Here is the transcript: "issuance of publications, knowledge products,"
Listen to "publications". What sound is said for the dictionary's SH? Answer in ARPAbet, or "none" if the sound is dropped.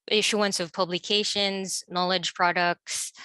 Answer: SH